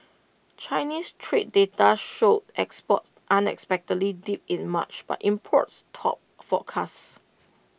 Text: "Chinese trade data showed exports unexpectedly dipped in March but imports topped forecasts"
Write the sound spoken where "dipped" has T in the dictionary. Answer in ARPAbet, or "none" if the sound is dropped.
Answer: none